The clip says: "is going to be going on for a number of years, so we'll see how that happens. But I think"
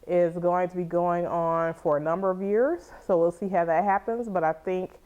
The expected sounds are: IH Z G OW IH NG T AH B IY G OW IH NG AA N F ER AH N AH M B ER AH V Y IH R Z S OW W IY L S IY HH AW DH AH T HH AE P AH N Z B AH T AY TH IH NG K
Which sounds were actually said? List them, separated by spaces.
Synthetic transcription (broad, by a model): IH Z G OW IH NG T AH B IY G OW IH NG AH N F ER AH N AH M B ER AH V Y IH R Z S OW W IY L S IY HH AW DH AH T HH AE P AH N Z B AH T AY TH IH NG K